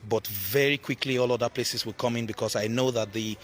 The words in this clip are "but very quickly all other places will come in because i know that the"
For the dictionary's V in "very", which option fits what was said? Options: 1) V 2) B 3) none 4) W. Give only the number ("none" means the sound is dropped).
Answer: 1